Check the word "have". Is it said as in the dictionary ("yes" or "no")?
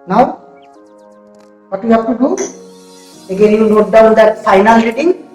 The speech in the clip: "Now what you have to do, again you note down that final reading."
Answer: no